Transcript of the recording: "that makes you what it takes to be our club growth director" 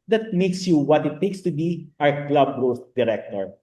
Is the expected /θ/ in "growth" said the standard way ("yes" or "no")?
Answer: no